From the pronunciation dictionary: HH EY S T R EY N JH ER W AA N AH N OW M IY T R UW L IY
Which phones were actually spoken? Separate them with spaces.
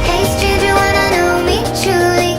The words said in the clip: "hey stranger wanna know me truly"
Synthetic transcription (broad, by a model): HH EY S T EY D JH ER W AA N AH N OW M IY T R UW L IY